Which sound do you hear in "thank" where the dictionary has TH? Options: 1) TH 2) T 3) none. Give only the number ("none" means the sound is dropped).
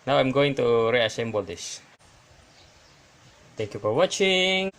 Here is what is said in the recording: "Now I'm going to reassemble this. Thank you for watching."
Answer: 2